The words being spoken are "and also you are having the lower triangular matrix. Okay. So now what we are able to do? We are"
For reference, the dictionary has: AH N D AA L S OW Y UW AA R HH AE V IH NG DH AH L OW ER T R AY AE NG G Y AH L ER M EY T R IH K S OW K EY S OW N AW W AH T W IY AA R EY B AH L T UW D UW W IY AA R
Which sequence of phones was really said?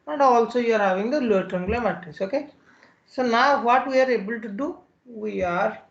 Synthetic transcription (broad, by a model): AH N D AA L S OW Y UW AA R HH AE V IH NG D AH L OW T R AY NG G L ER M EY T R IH S OW K EY S OW N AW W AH T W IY AA R EY B AH L T UW D UW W IY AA R